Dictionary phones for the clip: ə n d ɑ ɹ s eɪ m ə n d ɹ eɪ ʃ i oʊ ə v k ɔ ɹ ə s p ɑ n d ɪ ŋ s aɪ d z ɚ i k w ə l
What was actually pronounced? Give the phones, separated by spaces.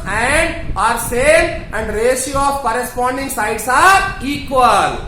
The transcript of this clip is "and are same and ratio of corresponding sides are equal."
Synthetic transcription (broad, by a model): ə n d ɑ ɹ s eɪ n ə n d ɹ eɪ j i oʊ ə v k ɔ ɹ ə s p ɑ n d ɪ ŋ s aɪ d s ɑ i k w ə l